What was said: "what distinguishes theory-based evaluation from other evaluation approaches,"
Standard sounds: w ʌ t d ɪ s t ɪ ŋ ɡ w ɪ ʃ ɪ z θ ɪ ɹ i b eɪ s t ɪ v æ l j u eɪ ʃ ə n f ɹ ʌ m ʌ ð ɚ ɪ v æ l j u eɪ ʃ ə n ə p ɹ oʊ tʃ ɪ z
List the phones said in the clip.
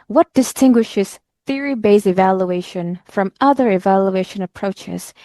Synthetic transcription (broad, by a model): w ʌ t d ɪ s t ɪ ŋ ɡ w ɪ ʃ ɪ z θ ɪ ɹ i b eɪ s ɪ v æ l j u eɪ ʃ ə n f ɹ ʌ m ʌ ð ɚ ɪ v æ l j u eɪ ʃ ə n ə p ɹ oʊ tʃ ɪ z